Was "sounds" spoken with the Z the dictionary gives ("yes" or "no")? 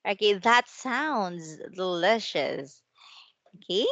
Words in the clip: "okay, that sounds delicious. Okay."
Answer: yes